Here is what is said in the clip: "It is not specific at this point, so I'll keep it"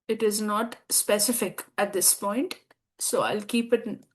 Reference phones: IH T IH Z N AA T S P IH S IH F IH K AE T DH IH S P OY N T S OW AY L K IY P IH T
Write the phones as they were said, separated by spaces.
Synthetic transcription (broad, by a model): IH T IH Z N AA T S P IH S IH F IH K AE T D IH S P OY N T S OW AY L K IY P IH T